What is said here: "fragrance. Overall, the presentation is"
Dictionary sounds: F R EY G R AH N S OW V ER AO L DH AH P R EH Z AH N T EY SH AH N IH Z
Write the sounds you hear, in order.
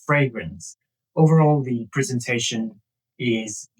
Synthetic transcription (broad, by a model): F R EY G R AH N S OW V ER AO L DH AH P R EH Z AH N T EY SH AH N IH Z